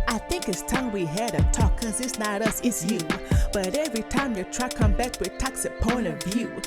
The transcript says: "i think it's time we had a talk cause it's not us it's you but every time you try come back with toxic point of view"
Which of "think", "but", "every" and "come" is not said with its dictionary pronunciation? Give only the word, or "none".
none